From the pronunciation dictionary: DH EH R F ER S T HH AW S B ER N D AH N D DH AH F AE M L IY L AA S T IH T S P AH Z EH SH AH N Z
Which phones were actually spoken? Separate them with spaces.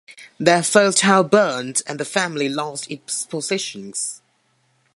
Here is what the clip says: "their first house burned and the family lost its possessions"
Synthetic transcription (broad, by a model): DH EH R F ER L T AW B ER N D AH N DH AH F AE M L IY L AA S T IH T S P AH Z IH SH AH N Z